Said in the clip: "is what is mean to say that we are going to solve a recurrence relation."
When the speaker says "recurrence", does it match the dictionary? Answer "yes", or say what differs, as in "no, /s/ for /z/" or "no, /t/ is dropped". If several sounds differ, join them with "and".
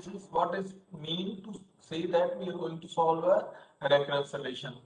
no, /n/ is dropped